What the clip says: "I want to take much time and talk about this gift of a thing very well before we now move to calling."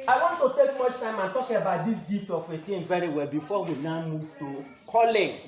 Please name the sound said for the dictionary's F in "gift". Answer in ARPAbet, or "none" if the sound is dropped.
none